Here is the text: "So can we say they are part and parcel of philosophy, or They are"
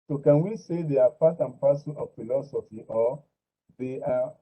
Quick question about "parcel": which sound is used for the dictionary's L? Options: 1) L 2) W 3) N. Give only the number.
3